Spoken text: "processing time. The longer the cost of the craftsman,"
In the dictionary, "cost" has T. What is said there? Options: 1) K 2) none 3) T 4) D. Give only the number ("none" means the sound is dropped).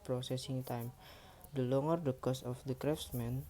2